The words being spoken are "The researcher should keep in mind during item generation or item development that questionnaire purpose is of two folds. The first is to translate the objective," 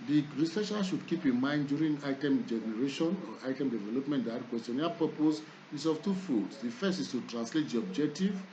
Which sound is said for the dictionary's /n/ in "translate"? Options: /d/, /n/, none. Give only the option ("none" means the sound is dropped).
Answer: /n/